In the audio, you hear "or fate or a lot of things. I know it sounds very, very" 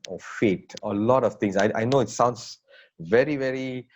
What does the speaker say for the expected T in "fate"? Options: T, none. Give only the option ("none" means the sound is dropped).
T